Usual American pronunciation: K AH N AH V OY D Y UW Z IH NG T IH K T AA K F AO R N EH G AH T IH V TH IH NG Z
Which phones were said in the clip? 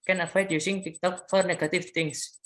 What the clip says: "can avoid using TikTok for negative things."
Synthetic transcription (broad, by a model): K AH N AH F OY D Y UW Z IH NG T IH K T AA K F AO R N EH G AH T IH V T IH NG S